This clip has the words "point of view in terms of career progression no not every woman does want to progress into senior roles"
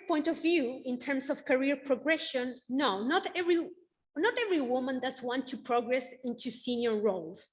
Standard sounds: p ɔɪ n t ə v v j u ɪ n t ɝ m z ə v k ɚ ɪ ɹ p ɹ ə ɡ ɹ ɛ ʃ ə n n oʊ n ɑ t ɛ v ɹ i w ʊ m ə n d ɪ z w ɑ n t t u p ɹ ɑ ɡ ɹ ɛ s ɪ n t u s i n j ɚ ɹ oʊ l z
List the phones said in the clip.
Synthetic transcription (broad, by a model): p ɔɪ n t ə v v j u ɪ n t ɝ m s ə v k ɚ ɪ ɹ p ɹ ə ɡ ɹ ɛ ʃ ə n n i n ɑ t ɛ v ɹ i w ʊ m ə n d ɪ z w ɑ n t t u p ɹ ɑ ɡ ɹ ɛ s ɪ n t u s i n j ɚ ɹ oʊ l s